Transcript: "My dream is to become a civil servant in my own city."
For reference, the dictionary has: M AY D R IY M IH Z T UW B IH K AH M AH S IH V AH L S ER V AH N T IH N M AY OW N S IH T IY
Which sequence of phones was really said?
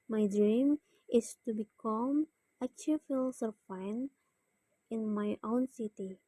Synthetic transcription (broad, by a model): M AY D R IY M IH S T UW B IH K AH M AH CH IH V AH L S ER F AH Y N IH N M AY OW N S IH T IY